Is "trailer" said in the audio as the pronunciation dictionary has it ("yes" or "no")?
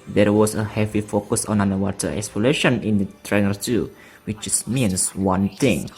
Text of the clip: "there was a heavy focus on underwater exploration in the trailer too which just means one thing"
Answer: no